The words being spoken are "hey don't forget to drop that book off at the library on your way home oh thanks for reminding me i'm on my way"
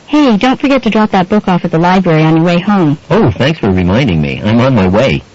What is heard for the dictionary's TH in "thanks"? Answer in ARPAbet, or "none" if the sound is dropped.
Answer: TH